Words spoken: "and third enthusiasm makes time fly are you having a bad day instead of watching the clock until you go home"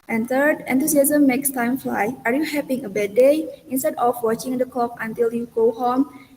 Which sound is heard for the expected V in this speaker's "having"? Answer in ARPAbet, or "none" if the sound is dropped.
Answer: P